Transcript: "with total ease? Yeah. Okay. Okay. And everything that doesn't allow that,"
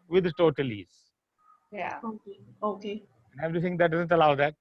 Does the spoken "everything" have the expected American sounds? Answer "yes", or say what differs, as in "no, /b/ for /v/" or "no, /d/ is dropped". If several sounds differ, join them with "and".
no, /t/ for /θ/